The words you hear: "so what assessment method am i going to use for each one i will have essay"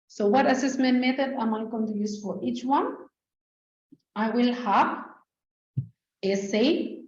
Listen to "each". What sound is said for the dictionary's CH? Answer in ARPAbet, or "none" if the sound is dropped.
CH